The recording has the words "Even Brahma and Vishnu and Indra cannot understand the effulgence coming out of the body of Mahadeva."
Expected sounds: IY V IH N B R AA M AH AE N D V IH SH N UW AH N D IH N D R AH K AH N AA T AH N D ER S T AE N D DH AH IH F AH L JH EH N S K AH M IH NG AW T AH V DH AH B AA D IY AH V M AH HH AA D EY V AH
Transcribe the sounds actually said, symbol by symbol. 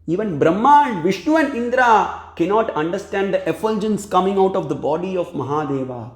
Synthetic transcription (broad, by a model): IY V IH N B R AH M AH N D V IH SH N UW AH N D IH N D R AH K AH N AA T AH N D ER S T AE N D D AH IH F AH L JH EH N S K AH M IH NG AW T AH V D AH B AA D IY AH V M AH HH AA D EY V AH